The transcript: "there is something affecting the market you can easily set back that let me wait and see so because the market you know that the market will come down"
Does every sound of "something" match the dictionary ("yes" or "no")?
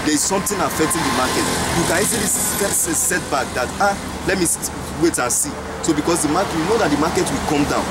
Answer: no